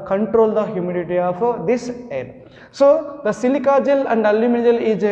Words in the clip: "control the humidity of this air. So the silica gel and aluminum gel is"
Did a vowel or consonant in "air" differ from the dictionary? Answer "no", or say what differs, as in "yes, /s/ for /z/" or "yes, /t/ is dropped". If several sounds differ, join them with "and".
yes, /l/ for /ɹ/